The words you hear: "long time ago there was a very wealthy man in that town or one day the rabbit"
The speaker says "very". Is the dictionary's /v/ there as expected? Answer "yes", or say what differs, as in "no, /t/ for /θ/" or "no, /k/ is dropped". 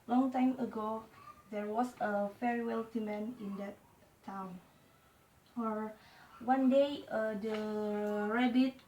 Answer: no, /f/ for /v/